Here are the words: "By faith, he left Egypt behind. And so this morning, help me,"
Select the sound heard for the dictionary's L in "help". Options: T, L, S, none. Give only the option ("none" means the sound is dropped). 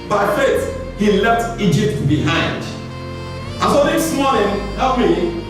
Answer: none